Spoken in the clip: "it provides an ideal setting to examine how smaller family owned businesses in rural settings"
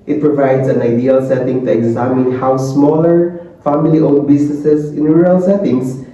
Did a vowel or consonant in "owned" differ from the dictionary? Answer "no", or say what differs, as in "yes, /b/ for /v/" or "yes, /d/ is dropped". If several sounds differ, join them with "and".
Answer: yes, /l/ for /n/